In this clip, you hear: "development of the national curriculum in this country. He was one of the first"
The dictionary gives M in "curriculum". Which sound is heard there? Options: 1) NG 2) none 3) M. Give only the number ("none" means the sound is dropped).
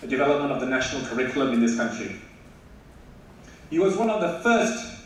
3